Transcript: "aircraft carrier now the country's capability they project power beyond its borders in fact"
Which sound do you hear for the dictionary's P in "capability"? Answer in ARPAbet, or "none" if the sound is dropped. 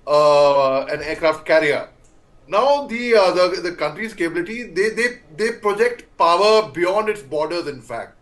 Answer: B